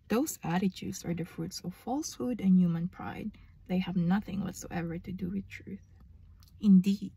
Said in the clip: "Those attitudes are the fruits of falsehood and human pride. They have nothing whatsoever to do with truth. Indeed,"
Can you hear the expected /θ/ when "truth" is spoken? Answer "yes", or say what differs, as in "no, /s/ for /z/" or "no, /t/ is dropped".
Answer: yes